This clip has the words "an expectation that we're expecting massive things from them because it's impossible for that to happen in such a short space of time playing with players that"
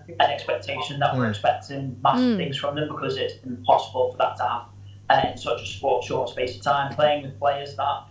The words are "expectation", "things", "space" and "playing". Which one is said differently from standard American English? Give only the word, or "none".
none